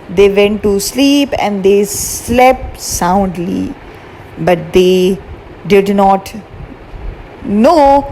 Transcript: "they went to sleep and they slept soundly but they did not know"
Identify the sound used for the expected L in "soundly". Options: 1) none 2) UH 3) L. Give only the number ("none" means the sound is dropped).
3